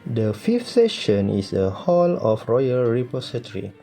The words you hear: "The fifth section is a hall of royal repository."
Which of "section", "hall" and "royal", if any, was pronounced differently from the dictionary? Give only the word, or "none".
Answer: section